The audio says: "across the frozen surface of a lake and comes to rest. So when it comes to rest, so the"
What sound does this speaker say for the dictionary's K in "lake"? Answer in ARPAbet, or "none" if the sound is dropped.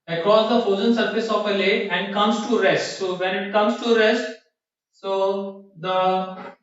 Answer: none